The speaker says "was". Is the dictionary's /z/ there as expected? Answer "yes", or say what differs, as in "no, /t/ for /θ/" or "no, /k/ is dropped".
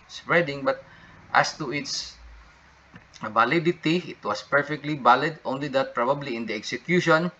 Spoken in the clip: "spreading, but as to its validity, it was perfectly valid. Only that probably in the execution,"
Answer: no, /s/ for /z/